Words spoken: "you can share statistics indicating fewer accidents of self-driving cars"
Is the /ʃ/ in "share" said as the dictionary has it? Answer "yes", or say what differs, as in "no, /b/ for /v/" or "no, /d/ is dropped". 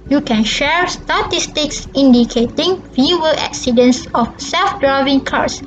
yes